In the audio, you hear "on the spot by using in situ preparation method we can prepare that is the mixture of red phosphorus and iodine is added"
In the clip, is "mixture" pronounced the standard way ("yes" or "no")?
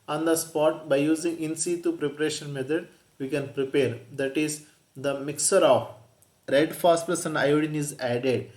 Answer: no